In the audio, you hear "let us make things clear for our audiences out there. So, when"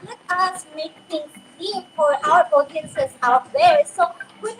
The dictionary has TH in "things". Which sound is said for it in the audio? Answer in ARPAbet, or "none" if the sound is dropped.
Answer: T